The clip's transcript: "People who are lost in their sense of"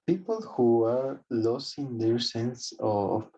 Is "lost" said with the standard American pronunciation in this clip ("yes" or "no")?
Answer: no